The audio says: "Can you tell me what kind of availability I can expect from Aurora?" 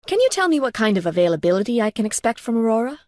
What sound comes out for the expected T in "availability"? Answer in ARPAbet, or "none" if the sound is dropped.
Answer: T